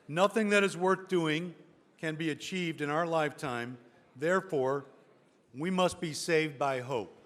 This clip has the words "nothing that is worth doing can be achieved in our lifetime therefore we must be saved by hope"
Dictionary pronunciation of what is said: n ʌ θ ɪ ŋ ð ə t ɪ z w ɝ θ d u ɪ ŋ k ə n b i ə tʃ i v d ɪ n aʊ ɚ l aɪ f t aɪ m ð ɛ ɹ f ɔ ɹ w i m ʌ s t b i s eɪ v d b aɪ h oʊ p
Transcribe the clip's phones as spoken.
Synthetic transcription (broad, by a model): n ʌ θ ɪ ŋ ð ə t ɪ z w ɝ θ d u ɪ ŋ k ə n b i ə tʃ i v d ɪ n aʊ ɚ l aɪ f t aɪ m ð ɛ ɹ f ɔ ɹ w i m ʌ s t b i s eɪ v d b aɪ h oʊ p